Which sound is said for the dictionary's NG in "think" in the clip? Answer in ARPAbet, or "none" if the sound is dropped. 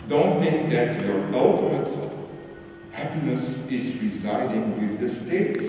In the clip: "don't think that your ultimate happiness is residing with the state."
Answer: NG